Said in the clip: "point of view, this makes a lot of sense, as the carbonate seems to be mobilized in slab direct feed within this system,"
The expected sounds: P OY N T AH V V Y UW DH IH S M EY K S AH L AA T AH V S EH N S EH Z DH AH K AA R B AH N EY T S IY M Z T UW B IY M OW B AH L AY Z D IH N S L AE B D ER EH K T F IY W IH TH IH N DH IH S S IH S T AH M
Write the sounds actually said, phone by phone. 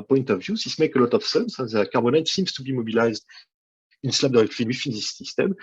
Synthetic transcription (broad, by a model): P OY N T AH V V Y UW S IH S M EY K AH L AA T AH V S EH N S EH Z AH K AA R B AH N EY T S IY M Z T UW B IY M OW B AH L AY Z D IH N S L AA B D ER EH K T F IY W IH F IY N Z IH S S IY S T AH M